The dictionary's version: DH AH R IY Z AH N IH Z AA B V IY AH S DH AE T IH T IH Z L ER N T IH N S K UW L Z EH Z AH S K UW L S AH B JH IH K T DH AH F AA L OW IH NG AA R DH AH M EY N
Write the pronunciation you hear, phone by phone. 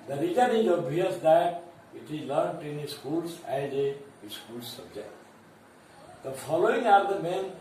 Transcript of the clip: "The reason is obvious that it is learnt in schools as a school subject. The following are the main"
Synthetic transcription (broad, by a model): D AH R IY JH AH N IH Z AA B IY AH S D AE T IH T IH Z L ER N T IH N S K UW L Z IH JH AH S K UW L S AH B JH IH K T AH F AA L OW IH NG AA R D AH M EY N